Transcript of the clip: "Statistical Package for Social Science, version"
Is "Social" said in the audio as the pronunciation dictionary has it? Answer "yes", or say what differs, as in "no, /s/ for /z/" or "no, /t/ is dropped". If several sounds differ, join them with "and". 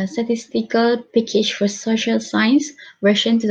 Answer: yes